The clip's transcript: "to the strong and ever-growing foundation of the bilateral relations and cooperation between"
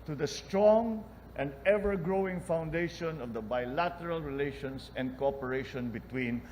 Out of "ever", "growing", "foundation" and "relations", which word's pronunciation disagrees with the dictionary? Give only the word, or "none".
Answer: relations